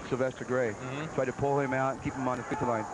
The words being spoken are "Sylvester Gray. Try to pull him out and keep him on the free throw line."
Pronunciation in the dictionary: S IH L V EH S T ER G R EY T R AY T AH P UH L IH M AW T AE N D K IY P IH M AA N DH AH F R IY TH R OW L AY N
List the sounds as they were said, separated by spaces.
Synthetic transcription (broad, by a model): S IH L V EH S T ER G R EY T R AY T AH P UH L IH M AW T N K IY P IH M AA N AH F IY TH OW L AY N